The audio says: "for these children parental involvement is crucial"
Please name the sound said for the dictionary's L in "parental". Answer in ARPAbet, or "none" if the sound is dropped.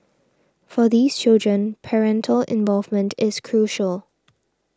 L